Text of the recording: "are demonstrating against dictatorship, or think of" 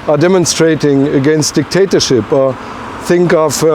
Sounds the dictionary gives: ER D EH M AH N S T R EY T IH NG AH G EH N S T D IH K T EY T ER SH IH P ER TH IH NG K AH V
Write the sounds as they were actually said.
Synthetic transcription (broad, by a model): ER D EH M AH N S T R EY T IH NG AH G EH N S T D IH K T EY T ER SH IH P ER TH IH NG K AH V